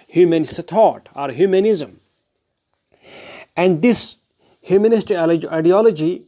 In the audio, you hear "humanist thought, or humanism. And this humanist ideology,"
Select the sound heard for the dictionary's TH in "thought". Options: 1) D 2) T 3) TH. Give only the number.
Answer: 2